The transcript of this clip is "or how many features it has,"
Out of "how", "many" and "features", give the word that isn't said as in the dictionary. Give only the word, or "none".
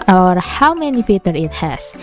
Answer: features